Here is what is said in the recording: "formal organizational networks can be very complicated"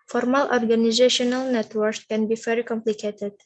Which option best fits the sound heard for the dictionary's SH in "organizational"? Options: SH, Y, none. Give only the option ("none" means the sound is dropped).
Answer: SH